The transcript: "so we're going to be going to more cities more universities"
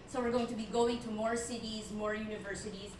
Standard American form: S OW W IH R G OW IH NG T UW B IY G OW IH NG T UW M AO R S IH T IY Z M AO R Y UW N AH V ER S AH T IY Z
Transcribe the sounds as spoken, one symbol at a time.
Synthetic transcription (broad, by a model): S OW W IH R G OW IH NG T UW B IY G OW IH NG T UW M AO R S IH T IY Z M AO R Y UW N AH V ER S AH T IY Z